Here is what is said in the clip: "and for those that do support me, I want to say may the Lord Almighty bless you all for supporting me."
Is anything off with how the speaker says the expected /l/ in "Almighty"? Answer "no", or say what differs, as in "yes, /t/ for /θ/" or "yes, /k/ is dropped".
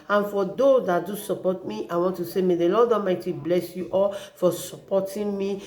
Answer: yes, /l/ is dropped